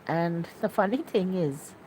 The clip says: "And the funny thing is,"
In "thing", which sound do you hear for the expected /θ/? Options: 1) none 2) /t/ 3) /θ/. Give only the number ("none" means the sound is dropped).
3